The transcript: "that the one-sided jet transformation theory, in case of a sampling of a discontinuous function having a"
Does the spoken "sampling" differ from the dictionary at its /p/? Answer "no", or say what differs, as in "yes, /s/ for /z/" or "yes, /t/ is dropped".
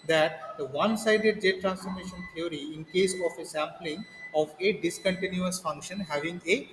no